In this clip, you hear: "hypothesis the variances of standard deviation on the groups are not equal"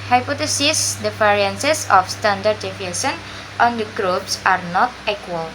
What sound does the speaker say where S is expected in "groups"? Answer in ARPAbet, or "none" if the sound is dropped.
S